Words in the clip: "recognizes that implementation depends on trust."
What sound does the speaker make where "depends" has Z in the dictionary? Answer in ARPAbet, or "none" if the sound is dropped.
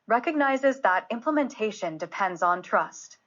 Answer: Z